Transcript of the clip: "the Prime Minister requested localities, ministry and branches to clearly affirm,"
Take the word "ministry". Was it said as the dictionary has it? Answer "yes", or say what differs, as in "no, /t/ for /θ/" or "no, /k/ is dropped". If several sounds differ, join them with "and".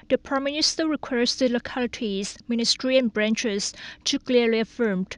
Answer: yes